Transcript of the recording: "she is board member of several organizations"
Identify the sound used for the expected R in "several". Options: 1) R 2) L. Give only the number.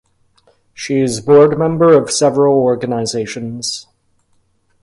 1